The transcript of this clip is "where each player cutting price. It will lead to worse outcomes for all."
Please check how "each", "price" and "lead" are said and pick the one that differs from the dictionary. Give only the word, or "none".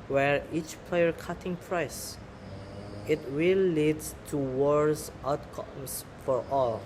none